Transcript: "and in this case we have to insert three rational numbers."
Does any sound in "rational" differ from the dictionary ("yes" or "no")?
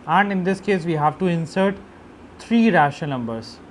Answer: yes